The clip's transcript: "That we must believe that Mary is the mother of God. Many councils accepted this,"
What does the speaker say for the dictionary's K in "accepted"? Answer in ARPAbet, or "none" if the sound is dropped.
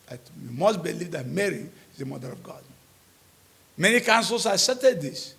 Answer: none